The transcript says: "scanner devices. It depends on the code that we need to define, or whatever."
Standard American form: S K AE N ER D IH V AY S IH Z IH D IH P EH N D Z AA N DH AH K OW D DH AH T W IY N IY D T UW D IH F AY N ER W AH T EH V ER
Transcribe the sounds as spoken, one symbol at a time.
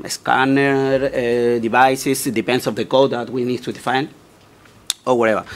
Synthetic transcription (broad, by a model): S K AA N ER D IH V AY S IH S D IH P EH N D S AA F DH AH K OW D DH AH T W IY N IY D T UW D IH F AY N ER W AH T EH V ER